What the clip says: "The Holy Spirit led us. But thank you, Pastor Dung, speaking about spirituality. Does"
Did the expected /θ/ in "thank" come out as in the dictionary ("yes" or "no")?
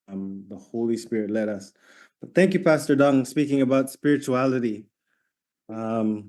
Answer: yes